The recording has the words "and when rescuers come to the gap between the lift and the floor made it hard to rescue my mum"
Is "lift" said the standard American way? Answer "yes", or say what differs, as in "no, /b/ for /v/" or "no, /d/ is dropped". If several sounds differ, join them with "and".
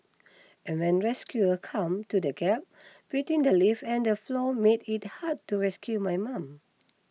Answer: no, /t/ is dropped